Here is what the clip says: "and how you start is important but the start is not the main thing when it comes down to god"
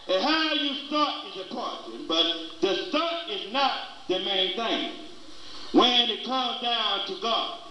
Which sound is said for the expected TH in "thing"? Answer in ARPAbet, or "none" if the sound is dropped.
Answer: TH